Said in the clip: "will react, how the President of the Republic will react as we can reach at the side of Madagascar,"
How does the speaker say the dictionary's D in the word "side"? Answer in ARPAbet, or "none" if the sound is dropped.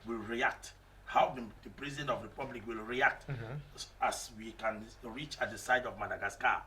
D